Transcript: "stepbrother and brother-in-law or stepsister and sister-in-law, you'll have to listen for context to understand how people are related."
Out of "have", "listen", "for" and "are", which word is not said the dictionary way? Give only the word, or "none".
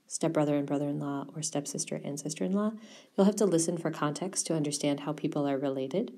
have